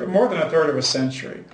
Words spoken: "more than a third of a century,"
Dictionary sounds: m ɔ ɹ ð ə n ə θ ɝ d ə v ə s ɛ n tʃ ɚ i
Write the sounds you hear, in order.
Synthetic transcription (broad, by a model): m ɔ ɹ ð ə n ə θ ɝ d ə v ə s ɛ n tʃ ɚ i